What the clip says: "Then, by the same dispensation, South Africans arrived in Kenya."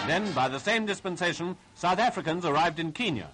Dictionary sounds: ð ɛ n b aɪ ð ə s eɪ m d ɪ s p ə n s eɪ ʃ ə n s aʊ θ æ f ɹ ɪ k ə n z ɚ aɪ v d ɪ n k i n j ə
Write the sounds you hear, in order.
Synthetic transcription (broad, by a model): ð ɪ n b aɪ ð ə s eɪ m d ɪ s p ə n s eɪ ʃ ə n s aʊ θ æ f ɹ ɪ k ə n z ɚ aɪ v d ɪ n k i n j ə